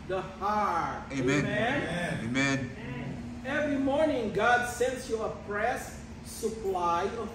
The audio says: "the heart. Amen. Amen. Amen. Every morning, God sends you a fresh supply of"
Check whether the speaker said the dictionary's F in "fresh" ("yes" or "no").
no